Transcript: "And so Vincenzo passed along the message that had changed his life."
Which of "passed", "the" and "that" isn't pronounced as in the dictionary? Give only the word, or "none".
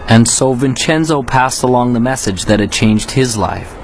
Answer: none